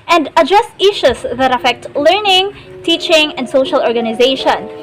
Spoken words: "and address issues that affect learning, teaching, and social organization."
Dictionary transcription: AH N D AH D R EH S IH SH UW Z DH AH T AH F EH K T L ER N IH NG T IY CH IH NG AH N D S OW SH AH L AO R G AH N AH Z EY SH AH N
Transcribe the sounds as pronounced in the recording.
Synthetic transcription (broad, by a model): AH N D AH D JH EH S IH SH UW S DH AH T AH F EH K T L ER N IH NG T IY CH IH NG AH N D S OW SH AH L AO R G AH N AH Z EY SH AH N